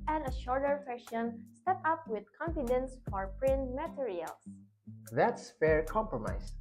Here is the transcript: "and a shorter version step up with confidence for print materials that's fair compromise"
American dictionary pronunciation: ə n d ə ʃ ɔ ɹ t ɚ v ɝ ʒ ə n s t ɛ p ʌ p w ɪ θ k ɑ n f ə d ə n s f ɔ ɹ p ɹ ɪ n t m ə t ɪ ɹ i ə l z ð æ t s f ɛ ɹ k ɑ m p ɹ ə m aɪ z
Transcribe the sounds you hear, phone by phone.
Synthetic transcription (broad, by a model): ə n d ə ʃ ɔ ɹ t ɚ f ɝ ʃ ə n s t ɛ p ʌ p w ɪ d k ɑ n f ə d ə n s f ɔ ɹ p ɹ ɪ n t m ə t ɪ ɹ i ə l s ð æ t s f ɛ ɹ k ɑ m p ɹ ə m aɪ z